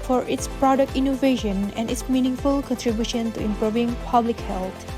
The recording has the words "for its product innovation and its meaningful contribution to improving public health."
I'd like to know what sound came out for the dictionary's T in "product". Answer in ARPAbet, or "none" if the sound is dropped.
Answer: T